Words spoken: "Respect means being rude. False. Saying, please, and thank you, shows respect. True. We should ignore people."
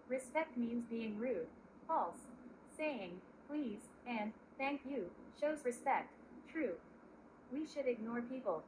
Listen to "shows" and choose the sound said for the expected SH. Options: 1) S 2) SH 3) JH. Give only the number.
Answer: 2